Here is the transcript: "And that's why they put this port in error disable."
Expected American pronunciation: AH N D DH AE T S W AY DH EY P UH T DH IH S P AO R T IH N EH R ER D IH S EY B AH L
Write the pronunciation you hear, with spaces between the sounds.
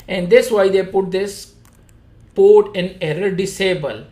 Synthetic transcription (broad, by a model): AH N D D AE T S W AY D EY P UH T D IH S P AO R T IH N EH R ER D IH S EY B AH L